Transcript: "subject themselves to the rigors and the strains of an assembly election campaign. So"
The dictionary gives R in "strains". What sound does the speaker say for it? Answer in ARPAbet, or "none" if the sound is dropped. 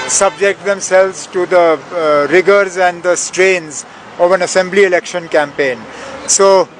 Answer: R